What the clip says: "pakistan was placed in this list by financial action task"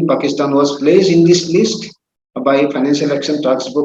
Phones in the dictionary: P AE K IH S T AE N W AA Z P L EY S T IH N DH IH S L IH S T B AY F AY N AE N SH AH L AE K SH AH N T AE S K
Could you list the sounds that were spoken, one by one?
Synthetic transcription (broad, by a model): P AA K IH S T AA N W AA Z P L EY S IH N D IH S L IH S T B AY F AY N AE N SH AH L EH K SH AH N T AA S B